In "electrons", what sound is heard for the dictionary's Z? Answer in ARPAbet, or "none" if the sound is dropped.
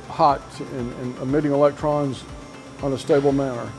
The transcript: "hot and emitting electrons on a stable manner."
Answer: Z